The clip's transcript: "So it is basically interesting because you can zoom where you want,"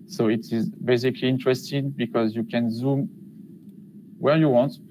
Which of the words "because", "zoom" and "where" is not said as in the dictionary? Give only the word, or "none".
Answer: none